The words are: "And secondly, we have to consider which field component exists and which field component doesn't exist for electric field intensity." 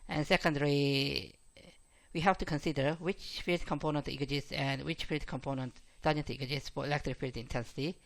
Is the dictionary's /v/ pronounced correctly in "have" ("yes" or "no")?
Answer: no